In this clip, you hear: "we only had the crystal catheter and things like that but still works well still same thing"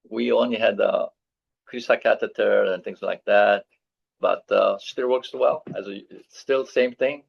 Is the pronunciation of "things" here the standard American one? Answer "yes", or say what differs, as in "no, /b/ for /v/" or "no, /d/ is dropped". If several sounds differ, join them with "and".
yes